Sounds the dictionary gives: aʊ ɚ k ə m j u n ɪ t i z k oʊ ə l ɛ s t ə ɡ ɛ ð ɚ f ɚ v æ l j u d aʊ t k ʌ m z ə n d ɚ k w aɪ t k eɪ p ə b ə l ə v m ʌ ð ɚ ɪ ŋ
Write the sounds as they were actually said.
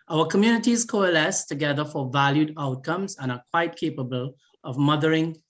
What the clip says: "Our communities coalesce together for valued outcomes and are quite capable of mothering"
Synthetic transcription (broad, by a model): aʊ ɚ k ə m j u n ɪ t i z k oʊ ə l ɛ s t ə ɡ ɛ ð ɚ f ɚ v æ l j u d aʊ t k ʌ m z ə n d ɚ k w aɪ t k eɪ p ə b ə l ə v m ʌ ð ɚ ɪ ŋ